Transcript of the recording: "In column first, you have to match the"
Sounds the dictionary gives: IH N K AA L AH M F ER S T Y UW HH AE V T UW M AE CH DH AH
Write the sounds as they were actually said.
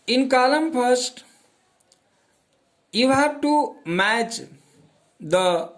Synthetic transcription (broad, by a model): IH N K AA L AH M P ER S T Y UW HH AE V T UW M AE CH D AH